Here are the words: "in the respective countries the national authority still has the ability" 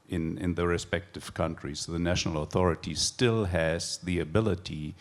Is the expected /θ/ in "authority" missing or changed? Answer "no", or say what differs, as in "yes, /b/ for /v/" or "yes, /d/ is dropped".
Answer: no